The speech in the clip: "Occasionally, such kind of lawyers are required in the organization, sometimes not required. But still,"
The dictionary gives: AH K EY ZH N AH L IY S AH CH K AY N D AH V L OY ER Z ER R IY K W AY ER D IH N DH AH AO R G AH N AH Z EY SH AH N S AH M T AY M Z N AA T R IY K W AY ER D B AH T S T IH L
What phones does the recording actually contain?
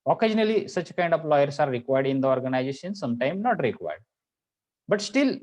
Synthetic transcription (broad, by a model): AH K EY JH N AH L IY S AH CH K AY N D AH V L OY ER S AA R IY K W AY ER D IH N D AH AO R G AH N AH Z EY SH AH N S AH M T AY M N AA T R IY K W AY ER D B AH T S T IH L